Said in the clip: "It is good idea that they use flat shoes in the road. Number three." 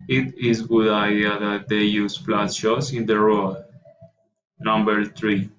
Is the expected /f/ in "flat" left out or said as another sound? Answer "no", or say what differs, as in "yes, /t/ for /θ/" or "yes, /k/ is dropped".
yes, /p/ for /f/